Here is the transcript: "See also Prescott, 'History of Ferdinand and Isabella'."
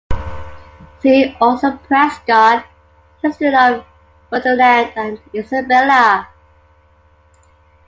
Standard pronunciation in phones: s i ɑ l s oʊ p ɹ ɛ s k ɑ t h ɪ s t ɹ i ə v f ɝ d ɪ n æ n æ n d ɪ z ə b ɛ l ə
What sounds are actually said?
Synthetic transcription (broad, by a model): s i ɑ l s oʊ p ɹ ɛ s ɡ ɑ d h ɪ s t i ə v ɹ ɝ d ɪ l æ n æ n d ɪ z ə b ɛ l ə